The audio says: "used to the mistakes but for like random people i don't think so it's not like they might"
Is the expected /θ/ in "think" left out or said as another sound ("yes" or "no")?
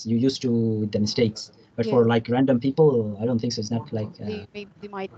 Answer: yes